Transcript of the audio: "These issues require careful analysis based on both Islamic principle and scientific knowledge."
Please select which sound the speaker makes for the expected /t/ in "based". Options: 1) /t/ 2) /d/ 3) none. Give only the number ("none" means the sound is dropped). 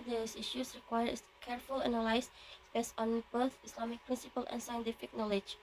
3